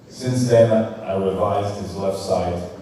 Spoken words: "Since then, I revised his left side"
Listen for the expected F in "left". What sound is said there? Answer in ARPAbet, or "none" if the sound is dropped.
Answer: F